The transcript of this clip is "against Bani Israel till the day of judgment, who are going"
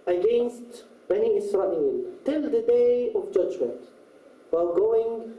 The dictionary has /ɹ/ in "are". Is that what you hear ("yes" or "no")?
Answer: no